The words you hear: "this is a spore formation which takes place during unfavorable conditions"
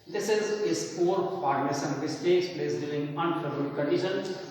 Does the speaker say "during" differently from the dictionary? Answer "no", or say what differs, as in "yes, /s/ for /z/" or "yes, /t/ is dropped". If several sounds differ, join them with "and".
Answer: yes, /l/ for /ɹ/